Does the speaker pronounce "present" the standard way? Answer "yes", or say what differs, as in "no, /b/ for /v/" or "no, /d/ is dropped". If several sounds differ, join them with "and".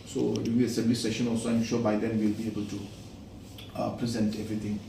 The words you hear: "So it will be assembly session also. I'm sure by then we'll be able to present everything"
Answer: yes